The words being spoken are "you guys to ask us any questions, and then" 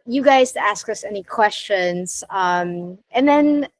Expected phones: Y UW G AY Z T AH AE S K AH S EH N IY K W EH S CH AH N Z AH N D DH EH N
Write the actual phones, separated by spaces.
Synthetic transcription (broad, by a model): Y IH G AY Z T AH AE S K AH S EH N IY K W EH S CH AH N Z AH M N DH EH N